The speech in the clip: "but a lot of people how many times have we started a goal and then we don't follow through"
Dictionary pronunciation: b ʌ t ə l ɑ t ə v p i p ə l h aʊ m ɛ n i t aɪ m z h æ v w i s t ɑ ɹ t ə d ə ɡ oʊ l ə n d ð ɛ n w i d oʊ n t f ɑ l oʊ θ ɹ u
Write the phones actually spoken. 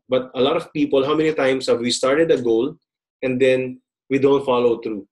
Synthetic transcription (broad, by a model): b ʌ t ə l ɑ t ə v p i p ə l h aʊ m ɛ n i t aɪ m s h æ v w i s t ɑ ɹ t ə d ə ɡ oʊ l ə n d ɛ n w i d oʊ n t f ɑ l oʊ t ɹ u